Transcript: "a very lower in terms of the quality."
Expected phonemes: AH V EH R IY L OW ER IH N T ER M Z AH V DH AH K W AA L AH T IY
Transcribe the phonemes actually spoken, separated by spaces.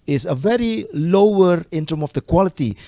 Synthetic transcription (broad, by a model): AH V EH R IY L OW ER IH N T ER M AH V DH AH K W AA L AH T IY